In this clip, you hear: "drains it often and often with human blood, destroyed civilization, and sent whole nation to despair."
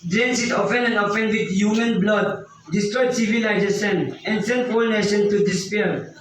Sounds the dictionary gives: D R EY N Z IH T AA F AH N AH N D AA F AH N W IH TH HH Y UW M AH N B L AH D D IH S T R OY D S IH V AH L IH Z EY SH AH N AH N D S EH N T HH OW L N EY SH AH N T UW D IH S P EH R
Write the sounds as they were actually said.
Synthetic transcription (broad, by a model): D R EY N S IH T AA F AH N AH N AA F AH N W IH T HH Y UW M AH N B L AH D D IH S T R OY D S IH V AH L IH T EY S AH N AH N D S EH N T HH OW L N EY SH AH N T UW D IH S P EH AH